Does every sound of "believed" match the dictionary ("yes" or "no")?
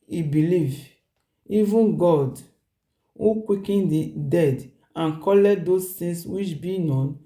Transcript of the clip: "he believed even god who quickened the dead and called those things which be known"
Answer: no